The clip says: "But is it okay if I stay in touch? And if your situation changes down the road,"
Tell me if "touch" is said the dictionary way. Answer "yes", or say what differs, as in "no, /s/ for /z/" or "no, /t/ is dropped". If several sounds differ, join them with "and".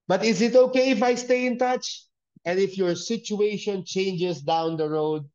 yes